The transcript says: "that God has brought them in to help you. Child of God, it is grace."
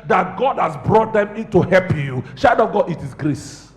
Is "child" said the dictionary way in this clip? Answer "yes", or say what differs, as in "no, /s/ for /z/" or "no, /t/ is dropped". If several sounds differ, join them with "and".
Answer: no, /ʃ/ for /tʃ/ and /l/ is dropped